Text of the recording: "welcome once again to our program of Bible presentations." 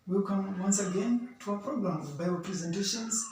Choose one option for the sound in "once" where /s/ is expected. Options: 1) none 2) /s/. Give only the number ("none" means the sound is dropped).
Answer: 2